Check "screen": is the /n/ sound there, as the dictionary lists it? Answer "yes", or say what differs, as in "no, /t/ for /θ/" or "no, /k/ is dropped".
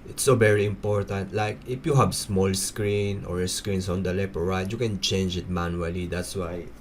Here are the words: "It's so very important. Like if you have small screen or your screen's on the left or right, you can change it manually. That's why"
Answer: yes